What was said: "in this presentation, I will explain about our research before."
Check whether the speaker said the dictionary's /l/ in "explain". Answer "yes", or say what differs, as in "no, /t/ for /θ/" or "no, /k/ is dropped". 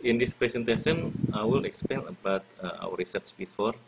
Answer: no, /l/ is dropped